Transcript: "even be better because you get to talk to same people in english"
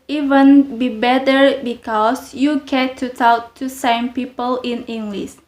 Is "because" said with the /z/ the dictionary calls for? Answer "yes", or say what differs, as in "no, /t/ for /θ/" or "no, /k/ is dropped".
no, /s/ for /z/